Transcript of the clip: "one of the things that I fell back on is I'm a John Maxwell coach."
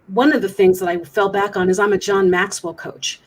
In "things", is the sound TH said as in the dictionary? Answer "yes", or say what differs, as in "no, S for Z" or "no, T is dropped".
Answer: yes